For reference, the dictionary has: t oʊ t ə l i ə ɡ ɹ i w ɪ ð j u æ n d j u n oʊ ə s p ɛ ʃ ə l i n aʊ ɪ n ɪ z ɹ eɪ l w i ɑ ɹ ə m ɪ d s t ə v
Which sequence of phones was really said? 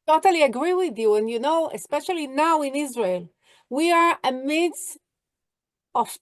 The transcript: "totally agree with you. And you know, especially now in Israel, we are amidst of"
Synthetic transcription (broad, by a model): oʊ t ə l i ə ɡ ɹ i w ɪ ð j u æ n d j u n oʊ ə s p ɛ ʃ ə l i n aʊ ɪ n ɪ z ɹ eɪ l w i ɑ ɹ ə m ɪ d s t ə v